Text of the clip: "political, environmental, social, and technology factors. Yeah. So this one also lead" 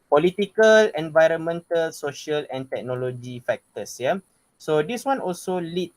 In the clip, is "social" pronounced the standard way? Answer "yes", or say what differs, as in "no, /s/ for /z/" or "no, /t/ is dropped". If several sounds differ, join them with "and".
yes